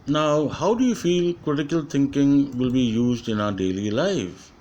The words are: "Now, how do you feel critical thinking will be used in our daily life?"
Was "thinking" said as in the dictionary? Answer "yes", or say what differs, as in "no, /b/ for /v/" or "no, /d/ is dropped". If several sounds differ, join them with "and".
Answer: no, /t/ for /θ/